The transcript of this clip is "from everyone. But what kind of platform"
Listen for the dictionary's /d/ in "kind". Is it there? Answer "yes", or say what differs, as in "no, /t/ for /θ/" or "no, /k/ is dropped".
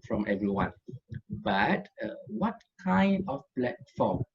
yes